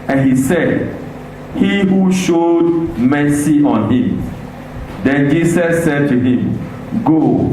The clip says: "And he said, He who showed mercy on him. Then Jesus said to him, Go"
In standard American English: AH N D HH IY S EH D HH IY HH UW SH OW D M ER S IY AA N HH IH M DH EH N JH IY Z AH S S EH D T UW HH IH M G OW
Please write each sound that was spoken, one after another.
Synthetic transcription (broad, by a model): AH N HH IY S EH D HH IY HH UW SH OW D M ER S IY AA N HH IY M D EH N JH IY S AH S S EH D T UW HH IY M G OW